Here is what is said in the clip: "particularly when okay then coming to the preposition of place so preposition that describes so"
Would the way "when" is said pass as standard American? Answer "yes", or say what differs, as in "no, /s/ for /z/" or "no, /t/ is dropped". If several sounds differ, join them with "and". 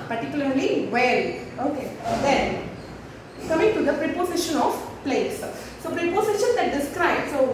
no, /l/ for /n/